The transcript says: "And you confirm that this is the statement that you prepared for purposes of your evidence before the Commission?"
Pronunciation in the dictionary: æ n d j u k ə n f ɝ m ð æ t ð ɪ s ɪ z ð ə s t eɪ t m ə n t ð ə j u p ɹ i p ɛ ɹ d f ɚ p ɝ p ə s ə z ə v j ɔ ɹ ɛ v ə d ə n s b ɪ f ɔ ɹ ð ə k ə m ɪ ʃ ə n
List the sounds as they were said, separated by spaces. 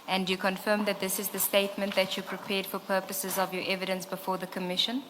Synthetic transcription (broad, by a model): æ n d j u k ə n f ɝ m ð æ t ð ɪ s ɪ z ð ə s t eɪ t m ə n t ð ə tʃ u p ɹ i p ɛ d f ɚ p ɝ p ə s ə z ə v j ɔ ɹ ɛ v ə d ə n s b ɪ f ɔ ð ə k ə m ɪ ʃ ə n